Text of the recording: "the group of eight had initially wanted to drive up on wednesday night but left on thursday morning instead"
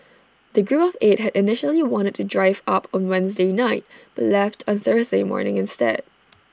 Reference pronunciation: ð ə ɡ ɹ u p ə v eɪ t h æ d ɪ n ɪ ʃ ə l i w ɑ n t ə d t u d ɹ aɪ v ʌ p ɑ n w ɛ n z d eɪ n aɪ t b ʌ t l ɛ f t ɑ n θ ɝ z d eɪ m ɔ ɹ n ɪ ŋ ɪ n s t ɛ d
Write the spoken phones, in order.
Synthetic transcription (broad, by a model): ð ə ɡ ɹ u p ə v eɪ t h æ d ɪ n ɪ ʃ ə l i w ɑ n t ə d t u d ɹ aɪ v ʌ p ɑ n w ɛ n z d eɪ n aɪ t b ʌ t l ɛ f t ɑ n θ ɝ z d eɪ m ɔ ɹ n ɪ ŋ ɪ n s t ɛ d